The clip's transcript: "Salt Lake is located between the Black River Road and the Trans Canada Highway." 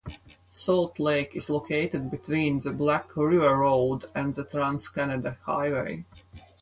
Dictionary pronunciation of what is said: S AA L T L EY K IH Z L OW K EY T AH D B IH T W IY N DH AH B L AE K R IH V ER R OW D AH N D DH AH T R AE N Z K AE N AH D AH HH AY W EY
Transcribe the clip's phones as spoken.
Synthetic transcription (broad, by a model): S AA L T L EY K IH Z L OW K EY T AH D B IH T W IY N DH AH B L AE K R IH V ER R OW D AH N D DH AH T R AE N S K AE N AH D AH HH AY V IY